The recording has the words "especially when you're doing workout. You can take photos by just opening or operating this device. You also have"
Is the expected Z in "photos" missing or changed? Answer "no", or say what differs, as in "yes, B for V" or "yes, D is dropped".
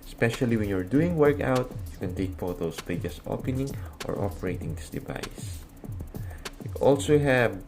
yes, S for Z